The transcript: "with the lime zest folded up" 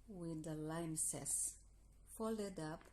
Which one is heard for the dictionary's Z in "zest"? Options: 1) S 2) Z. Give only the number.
1